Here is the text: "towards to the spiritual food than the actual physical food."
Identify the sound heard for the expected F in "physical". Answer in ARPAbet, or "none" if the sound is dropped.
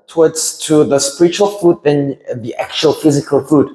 F